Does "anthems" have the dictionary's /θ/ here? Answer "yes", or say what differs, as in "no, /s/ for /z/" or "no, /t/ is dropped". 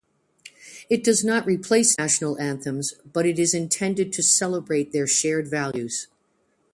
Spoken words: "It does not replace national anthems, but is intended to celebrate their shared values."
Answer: yes